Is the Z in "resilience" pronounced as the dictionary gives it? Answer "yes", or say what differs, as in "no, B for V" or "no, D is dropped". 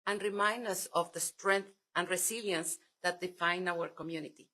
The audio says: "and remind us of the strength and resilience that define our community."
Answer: no, S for Z